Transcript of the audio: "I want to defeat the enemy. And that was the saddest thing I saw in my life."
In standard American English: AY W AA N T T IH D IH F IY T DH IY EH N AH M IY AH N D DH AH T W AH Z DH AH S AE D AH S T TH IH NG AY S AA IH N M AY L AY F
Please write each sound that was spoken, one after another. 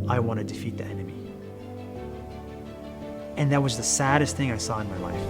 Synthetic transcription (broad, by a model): AY W AA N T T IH D IH F IY T DH IY EH N AH M IY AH N DH AH T W AH Z DH AH S AE D AH S T TH IH NG AY S AA IH N M AY L AY F